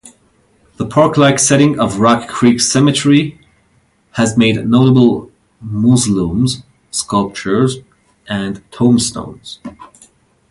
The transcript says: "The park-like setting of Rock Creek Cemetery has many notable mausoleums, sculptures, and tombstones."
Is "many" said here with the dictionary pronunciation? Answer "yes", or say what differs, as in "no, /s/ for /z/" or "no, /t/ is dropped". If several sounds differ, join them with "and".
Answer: no, /n/ is dropped